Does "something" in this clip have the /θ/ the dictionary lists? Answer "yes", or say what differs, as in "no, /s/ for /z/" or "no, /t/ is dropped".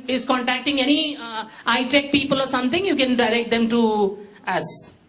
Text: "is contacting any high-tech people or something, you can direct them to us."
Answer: no, /t/ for /θ/